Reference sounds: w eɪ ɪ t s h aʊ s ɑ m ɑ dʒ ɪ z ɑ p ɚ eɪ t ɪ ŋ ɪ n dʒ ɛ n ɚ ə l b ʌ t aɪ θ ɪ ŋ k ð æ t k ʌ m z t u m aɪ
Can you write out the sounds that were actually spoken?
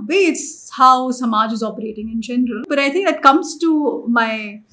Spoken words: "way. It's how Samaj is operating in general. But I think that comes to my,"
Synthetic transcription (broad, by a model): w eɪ ɪ t s h aʊ s ɑ m ɑ dʒ ɪ z ɑ p ɚ eɪ t ɪ ŋ ɪ n dʒ ɛ n ɚ ə l b ʌ t aɪ t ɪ ŋ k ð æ t k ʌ m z t u m aɪ